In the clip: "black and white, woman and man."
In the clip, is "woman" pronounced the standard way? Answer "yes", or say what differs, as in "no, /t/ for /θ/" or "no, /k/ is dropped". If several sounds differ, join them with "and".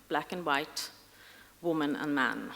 yes